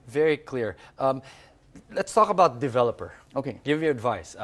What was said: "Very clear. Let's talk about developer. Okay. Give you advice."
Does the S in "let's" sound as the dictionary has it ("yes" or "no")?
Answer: yes